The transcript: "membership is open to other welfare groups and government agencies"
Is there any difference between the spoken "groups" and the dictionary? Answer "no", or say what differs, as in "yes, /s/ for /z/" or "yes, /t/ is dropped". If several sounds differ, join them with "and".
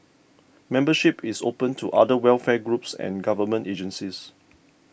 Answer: no